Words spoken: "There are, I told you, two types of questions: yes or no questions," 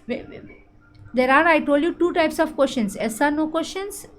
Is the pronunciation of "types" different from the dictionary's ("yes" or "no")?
no